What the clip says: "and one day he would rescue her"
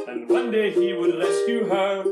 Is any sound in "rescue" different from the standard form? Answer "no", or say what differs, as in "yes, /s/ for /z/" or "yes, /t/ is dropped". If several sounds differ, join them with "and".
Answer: yes, /l/ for /ɹ/